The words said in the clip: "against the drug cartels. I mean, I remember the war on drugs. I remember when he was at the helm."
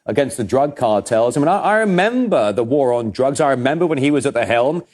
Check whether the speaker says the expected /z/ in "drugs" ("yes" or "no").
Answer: yes